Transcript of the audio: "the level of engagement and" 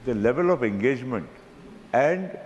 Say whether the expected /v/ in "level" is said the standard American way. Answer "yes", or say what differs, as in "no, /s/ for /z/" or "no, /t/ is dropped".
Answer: yes